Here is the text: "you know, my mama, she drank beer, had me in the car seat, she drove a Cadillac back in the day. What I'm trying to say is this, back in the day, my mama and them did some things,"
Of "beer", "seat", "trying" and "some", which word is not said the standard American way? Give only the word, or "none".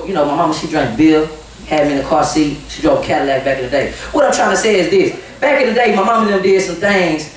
beer